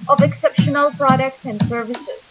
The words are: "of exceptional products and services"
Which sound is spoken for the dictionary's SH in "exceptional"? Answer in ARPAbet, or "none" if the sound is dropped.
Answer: SH